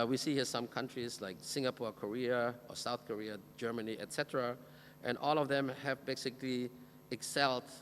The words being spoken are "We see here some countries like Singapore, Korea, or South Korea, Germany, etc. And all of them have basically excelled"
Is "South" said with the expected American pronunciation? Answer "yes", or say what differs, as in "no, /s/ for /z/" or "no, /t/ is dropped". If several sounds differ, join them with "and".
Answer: yes